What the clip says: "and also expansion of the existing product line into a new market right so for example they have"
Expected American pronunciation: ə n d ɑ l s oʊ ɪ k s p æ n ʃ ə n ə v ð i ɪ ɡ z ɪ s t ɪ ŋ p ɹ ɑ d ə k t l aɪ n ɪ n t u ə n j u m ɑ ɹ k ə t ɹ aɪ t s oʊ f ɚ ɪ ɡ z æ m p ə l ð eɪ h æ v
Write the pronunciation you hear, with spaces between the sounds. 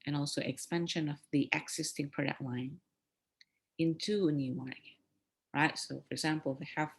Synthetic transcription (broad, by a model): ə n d ɑ l s oʊ ɪ k s p æ n ʃ ə n ə v ð i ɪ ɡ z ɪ s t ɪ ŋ p ɹ ɑ d ə k t l aɪ n ɪ n t u ə n j u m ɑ ɹ ə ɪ t s oʊ f ɚ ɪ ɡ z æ m p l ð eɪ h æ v